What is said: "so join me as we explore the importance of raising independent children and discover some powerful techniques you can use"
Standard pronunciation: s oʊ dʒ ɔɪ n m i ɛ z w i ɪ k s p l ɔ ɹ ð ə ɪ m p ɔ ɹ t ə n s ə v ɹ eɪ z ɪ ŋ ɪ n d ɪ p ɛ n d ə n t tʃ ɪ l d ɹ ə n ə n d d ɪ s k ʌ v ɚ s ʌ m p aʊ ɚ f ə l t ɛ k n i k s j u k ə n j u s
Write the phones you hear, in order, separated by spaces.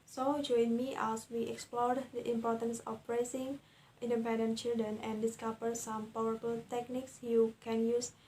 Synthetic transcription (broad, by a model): s oʊ dʒ ɔɪ n m i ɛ s w i ɪ k s p l ɔ ɹ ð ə ɪ m p ɔ ɹ t ə n s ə p ɹ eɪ s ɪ ŋ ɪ n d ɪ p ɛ n d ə n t tʃ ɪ l d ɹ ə n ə n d d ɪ s k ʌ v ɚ s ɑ m p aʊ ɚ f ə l t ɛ k n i k s j u k ə n j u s